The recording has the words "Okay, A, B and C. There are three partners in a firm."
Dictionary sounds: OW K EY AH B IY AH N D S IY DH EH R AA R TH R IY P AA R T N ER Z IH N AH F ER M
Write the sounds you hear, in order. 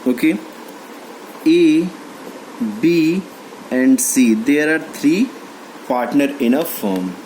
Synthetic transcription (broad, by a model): OW K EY AH B IY AH N D S IY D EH R AA R T R IY P AA R T N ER IH N AH F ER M